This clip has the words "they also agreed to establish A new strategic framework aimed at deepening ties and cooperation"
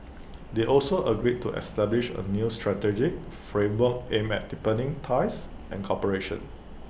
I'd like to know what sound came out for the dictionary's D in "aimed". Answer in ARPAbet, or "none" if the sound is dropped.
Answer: none